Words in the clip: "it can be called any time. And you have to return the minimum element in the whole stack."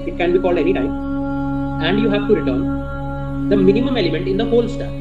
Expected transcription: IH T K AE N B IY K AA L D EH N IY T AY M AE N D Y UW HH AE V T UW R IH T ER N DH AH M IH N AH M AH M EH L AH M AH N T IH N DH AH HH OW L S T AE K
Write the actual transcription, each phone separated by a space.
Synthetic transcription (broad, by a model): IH T K AE N B IY K AA L D EH N IY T AY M AE N D Y UW HH AE V T UW R IH T ER N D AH M IH N AH M AH M EH L AH M AH N T IH N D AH HH OW L S T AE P